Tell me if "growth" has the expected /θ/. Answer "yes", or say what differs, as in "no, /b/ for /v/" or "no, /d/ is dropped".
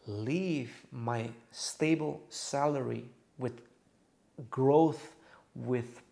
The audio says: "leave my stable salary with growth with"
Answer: yes